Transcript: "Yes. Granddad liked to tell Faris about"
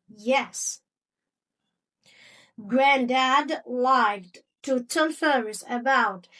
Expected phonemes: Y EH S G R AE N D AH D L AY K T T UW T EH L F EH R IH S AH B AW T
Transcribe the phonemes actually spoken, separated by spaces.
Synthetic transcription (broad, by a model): Y EH S G R AE N D AH D L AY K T T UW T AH N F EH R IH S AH B AW T